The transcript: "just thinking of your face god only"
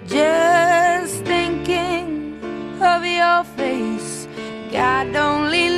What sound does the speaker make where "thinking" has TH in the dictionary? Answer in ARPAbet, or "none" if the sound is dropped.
TH